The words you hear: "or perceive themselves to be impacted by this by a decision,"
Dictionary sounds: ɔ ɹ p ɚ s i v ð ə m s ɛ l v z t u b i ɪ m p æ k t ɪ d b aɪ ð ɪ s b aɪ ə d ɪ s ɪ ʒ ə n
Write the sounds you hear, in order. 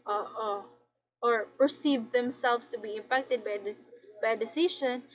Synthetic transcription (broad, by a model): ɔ ɹ p ɚ s i v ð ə m s ɛ l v s t u b i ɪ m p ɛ k t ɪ d b aɪ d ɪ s b aɪ ə d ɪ s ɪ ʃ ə n